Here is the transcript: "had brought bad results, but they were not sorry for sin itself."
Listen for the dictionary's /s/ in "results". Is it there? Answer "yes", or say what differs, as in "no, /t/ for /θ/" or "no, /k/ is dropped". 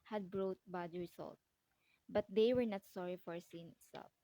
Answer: no, /s/ is dropped